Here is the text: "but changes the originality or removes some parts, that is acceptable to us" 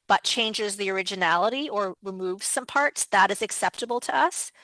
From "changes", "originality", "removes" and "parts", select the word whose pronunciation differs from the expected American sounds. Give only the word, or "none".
none